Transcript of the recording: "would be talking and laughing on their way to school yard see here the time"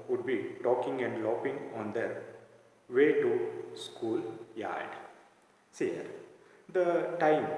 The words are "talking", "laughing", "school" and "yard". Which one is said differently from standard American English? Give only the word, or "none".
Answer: laughing